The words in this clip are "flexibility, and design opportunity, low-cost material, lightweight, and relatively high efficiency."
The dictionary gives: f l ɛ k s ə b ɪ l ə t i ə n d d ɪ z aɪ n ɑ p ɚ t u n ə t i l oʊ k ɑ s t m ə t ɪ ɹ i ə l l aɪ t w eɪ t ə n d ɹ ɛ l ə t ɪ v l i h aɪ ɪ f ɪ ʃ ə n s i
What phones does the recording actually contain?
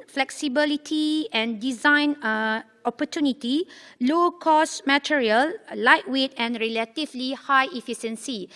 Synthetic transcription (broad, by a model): f l ɛ k s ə b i l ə t i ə n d d ɪ z aɪ n ɑ p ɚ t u n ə t i l oʊ k ɑ s m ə t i ɹ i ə l l aɪ t w eɪ t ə n ɹ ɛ l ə t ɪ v l i h aɪ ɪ f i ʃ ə n s i